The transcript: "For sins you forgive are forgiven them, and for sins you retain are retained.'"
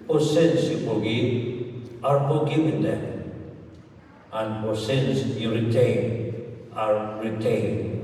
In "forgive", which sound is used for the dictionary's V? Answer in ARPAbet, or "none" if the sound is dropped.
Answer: none